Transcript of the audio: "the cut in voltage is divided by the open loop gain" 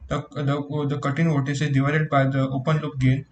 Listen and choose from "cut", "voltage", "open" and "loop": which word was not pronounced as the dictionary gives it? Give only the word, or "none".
voltage